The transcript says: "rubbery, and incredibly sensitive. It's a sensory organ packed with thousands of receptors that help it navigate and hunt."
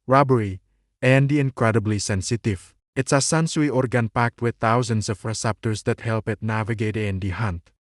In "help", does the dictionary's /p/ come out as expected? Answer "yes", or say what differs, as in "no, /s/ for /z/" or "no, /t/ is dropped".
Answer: yes